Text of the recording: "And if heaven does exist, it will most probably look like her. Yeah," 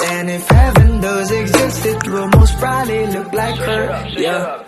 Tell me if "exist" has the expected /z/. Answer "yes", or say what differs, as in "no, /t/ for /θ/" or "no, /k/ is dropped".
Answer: yes